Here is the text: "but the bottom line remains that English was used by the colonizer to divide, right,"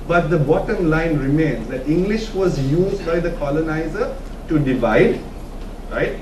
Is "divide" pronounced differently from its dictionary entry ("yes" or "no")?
no